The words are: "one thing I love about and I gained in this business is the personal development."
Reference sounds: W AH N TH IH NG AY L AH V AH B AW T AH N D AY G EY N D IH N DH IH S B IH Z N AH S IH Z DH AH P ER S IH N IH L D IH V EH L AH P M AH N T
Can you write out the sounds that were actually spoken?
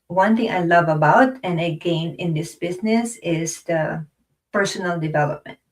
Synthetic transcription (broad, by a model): W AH N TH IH NG AY L AH V AH B AW T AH N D AY G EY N IH N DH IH S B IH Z N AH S IH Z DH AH P ER S IH N IH L D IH V EH L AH P M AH N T